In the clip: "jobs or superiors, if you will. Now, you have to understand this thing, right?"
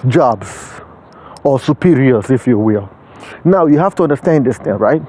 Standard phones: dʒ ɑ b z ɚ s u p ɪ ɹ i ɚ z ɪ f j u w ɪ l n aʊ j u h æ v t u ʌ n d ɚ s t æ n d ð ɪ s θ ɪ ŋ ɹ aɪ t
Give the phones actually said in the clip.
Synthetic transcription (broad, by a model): dʒ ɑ b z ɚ s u p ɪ ɹ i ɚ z ɪ f j u w ɪ l n aʊ j u h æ f t u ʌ n d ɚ s t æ n d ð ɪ s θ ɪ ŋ ɹ aɪ t